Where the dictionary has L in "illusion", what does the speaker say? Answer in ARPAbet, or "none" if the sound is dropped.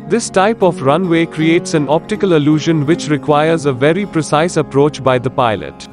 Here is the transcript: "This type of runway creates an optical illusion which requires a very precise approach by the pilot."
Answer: L